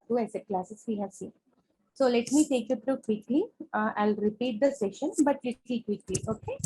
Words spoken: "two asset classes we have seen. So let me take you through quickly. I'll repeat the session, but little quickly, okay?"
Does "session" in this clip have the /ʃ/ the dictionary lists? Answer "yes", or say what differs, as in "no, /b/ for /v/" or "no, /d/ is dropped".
yes